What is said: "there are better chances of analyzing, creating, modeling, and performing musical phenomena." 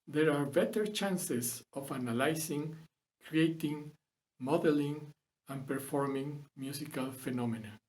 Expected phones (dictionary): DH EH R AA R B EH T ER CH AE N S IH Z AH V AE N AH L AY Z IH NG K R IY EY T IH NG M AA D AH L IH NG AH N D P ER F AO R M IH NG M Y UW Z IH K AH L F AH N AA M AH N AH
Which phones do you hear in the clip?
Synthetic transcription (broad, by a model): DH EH R AA R B EH T ER CH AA N S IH S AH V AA N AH L AY S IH NG K R IY EY T IH NG M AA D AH L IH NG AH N P ER F AO R M IH NG M Y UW S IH K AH L F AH N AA M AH N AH